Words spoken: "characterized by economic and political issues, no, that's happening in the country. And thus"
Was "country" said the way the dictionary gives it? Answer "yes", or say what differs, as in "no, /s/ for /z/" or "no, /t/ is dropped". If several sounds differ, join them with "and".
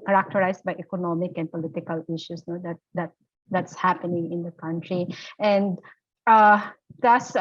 yes